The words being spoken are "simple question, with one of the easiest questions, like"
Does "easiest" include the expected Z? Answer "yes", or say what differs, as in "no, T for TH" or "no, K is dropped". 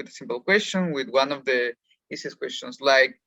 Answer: no, S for Z